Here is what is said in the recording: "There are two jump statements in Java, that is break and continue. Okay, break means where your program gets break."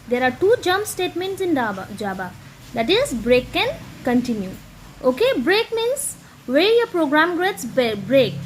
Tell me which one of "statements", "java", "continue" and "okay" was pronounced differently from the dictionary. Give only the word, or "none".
java